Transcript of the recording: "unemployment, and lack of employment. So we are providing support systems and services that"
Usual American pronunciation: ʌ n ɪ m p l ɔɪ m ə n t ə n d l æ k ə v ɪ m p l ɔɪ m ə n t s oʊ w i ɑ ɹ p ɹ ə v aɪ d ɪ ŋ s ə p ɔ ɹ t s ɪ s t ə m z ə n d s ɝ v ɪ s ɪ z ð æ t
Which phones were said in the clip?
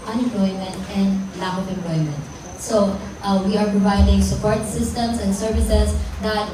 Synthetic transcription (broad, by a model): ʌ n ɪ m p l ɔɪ m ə n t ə n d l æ ə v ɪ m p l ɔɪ m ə n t s oʊ w i ɑ ɹ p ɹ ə v aɪ d ɪ ŋ s ə p ɔ ɹ t s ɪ s t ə m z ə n s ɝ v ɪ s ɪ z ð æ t